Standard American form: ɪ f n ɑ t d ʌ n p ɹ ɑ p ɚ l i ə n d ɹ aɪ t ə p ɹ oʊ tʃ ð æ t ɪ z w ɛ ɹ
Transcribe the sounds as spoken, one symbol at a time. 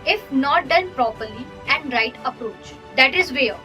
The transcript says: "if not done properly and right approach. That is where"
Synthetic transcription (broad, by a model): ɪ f n ɑ t d ʌ n p ɹ ɑ p ɚ l i ə n d ɹ aɪ t ə p ɹ oʊ tʃ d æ t ɪ z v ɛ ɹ